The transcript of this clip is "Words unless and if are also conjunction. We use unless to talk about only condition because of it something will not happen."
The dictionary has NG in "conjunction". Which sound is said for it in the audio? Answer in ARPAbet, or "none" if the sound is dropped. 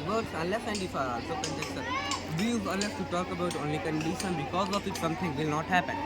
none